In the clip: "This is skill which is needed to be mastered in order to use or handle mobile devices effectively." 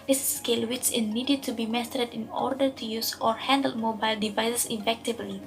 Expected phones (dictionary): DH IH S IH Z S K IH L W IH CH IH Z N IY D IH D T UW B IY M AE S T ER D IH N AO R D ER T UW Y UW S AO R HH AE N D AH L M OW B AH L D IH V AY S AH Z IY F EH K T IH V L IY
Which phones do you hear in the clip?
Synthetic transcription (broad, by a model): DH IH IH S K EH L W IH S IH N N IY D IH D T UW B IY M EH S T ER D IH N AO R D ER T UW Y UW S AO R HH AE N D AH L M OW B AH L D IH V AY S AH S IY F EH K T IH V L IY